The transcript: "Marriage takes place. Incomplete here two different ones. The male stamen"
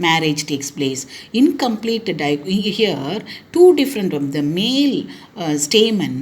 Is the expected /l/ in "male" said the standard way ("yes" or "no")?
yes